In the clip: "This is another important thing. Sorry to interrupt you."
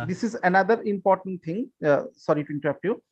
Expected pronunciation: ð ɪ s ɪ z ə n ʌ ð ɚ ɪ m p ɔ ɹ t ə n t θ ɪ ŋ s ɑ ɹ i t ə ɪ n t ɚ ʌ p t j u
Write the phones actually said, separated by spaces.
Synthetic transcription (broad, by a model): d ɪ s ɪ z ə n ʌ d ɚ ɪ m p ɔ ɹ t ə n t t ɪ ŋ s ɑ ɹ i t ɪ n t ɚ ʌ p t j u